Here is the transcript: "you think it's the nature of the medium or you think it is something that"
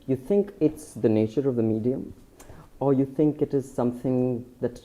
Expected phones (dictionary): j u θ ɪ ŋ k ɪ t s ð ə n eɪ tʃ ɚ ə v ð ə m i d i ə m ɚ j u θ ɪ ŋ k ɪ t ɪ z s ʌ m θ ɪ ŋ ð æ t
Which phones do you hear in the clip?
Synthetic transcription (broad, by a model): j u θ ɪ ŋ k ɪ t s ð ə n eɪ tʃ ɚ ə v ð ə m i d i ə m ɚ j u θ ɪ ŋ k ɪ t ɪ z s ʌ m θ ɪ ŋ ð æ t